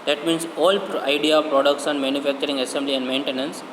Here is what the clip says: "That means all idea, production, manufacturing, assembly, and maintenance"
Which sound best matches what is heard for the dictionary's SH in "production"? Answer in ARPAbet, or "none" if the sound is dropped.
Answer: S